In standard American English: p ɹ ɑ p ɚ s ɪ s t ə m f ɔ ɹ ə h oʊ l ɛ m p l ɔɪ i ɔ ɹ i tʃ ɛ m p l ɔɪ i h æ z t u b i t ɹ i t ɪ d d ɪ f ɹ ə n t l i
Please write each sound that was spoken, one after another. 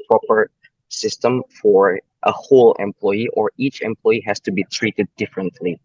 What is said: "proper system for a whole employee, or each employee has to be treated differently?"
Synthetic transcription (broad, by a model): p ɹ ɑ p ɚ s ɪ s t ə m f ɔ ɹ ə h oʊ l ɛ m p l ɔɪ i ɔ ɹ i tʃ ɛ m p l ɔɪ i h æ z t u b i t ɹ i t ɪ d d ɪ f ɹ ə n t l i